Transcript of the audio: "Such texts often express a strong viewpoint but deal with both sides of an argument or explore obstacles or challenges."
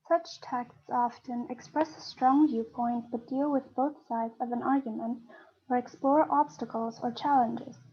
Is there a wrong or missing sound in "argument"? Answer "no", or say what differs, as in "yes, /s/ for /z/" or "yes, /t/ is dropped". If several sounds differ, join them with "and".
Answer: no